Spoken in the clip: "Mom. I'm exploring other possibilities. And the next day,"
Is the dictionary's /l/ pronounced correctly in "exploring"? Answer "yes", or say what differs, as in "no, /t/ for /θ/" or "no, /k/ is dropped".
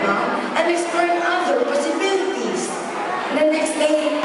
no, /l/ is dropped